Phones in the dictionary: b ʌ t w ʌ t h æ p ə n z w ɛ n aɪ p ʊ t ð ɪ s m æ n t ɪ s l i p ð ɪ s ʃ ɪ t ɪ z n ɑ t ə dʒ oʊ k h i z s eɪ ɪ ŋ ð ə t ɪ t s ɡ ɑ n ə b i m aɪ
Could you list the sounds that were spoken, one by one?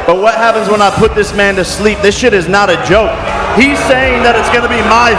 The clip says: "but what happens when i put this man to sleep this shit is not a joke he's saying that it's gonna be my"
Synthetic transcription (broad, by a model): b ʌ t w ʌ t h æ p ə n z w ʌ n aɪ p ʊ t ð ɪ s m æ n t ɪ s l i p ð ɪ s ʃ ɪ t ɪ z n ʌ t ə dʒ oʊ k h i z s eɪ ɪ ŋ ð ə t ɪ t s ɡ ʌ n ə b i m aɪ